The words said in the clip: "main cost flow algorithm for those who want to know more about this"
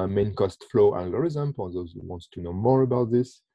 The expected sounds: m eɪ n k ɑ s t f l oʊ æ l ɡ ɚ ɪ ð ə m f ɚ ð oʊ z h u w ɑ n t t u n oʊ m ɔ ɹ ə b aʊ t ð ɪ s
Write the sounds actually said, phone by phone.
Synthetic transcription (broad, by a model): m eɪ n k ɑ s t f l oʊ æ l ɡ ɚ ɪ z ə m p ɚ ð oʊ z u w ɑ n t t u n oʊ m ɔ ɹ ə b aʊ t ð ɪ s